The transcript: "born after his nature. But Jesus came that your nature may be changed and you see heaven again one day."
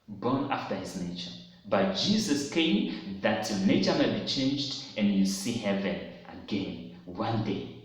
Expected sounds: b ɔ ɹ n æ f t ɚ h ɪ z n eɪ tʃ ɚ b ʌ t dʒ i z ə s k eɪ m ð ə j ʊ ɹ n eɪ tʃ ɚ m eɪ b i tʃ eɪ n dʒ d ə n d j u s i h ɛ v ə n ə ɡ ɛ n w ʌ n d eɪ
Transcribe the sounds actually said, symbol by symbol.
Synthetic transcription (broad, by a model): b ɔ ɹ n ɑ f t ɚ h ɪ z n eɪ tʃ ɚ b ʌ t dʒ i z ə s k eɪ m ð ə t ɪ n eɪ tʃ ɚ m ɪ b i tʃ eɪ n dʒ d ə n j u s i h ɛ v ə n ə ɡ ɛ n w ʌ n d eɪ